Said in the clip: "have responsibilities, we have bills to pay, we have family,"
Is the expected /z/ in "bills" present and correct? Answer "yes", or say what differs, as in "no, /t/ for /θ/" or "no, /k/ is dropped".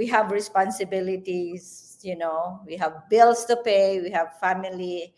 no, /s/ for /z/